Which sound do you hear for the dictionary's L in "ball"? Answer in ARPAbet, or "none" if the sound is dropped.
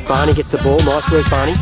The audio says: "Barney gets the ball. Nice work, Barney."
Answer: L